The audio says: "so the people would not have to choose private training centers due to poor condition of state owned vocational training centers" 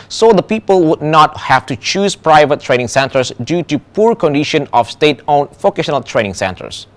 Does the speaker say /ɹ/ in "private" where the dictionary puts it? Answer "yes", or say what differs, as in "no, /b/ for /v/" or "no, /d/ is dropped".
yes